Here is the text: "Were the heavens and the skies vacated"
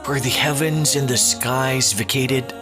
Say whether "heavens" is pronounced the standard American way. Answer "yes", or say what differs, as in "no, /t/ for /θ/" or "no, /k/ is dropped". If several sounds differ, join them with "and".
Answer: yes